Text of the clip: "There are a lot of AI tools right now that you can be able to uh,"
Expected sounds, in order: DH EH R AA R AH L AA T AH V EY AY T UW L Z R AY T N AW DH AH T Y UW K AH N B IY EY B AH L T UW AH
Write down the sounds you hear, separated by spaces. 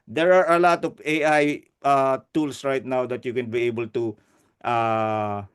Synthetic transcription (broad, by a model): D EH R AA R AH L AA T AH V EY AY T UW L S R AY T N AW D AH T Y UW K AH N B IY EY B AH L T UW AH